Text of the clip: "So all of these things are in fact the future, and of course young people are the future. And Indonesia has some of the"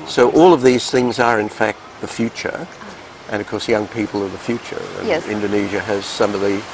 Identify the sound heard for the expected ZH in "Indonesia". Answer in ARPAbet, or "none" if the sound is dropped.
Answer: ZH